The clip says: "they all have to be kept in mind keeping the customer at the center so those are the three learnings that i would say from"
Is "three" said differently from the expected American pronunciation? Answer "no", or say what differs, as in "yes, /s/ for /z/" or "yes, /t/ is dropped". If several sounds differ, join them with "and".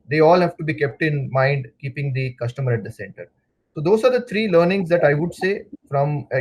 yes, /t/ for /θ/